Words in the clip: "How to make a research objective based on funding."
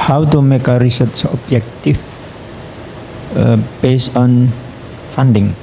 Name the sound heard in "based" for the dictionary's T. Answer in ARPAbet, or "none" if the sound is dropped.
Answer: none